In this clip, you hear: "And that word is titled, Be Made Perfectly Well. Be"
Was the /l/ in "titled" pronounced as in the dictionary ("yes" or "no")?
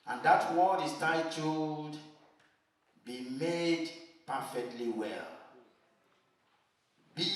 no